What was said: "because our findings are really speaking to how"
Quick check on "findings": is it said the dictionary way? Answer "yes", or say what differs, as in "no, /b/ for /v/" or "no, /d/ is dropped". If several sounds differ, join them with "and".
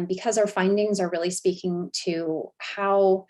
yes